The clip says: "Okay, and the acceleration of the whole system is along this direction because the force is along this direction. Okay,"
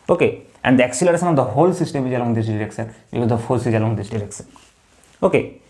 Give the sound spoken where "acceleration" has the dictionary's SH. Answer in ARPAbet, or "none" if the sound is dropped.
S